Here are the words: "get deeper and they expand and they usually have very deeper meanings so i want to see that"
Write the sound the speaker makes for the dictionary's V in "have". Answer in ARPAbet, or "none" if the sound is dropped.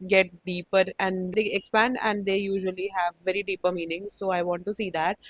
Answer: V